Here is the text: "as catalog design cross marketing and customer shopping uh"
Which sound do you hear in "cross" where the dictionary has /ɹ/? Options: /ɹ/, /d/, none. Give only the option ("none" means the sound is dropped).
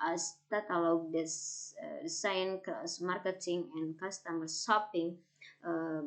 none